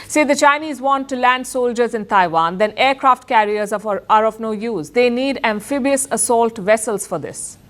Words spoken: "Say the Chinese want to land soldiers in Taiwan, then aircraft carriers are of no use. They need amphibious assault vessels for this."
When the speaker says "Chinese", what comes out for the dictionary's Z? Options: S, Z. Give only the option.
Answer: Z